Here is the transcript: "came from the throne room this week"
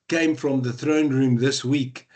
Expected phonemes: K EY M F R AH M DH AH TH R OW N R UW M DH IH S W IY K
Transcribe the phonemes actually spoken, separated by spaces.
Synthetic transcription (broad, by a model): K EY M F R AH M DH AH TH R OW N R UW M DH IH S W IY K